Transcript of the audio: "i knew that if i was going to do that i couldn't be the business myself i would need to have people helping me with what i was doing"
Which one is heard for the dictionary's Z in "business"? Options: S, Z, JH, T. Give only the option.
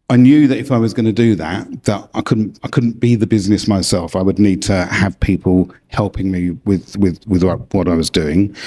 Z